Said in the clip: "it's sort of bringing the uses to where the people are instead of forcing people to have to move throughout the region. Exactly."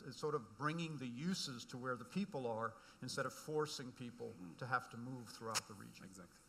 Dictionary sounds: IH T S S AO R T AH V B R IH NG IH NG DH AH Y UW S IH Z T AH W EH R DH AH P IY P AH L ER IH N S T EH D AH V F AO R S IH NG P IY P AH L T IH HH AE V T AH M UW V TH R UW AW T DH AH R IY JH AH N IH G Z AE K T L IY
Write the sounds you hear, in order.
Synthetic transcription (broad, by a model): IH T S S AO R T AH V B R IH NG IH NG DH AH Y UW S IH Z T AH W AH R DH AH P IY P L ER IH N S T EH D AH V F AO R S IH NG P IY P L T IH HH AE F T AH M UW V TH R UW AW T DH AH R IY JH AH N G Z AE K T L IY